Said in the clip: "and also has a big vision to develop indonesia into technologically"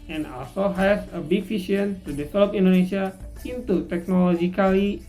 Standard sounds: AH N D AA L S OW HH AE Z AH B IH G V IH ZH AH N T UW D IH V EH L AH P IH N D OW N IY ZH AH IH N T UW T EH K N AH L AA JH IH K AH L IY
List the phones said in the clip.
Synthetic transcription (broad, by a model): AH N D AA L S OW HH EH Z AH B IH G F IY SH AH N T UW D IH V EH L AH P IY N D OW N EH SH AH IH N T UW T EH K N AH L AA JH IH K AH L IY